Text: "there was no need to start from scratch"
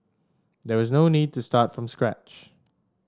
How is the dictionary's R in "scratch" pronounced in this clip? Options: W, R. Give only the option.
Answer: R